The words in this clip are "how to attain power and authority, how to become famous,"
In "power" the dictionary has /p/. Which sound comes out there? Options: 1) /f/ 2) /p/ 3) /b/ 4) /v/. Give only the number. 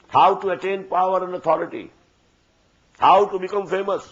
2